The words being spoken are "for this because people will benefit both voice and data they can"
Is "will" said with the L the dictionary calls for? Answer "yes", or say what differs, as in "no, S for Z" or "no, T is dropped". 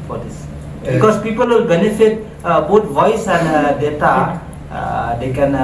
yes